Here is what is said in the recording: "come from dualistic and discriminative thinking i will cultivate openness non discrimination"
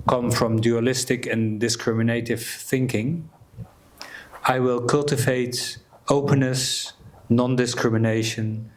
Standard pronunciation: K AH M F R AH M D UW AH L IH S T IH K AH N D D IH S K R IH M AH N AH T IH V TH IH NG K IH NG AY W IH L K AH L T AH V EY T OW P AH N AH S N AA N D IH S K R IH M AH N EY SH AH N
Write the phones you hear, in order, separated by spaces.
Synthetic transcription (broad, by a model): K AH M F R AH M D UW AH L IH S T IH K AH N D D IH S K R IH M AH N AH T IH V TH IH NG K IH NG AY W IH L K AH L T AH V EY T OW P AH N AH S N AA N D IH S K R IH M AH N EY SH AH N